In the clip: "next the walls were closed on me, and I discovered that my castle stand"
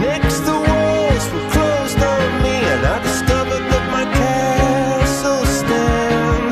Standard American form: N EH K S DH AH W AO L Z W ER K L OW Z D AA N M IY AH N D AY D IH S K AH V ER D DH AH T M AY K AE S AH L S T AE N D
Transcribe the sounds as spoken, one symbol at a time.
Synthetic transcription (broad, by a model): N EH K S DH AH W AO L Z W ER K L OW Z D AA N M IY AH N AY D IH S K AH V ER D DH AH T M AY K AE S L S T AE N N